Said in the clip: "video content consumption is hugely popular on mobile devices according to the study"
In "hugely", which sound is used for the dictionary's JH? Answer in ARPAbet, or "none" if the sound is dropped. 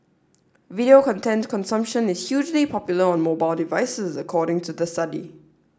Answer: JH